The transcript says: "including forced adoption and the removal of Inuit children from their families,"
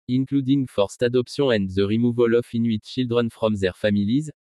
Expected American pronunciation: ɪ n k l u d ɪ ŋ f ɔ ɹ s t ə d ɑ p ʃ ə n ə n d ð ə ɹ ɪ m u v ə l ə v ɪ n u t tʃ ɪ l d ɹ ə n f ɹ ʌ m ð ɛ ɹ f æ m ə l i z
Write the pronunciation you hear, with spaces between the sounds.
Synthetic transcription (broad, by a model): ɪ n k l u d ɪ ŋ f ɔ ɹ s t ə d ɑ p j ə ə n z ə ɹ ɪ m u v ə l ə f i n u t ʃ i l d ɹ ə n f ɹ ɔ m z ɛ ɹ f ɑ m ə l i z